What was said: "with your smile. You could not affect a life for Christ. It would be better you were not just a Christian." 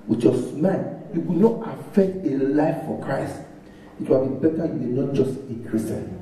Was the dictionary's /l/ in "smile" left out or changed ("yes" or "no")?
yes